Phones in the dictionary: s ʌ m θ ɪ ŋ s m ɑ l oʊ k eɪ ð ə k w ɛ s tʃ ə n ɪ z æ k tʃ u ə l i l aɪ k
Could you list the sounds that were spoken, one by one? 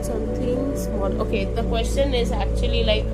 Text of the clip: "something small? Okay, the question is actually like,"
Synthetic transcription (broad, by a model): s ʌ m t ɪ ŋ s ɑ n oʊ k eɪ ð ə k w ɛ s tʃ ə n ɪ z æ k tʃ u ə l i l aɪ k